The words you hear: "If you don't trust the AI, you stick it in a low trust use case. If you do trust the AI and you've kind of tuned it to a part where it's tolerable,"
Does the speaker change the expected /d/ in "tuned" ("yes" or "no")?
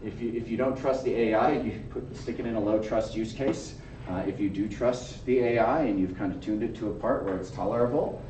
no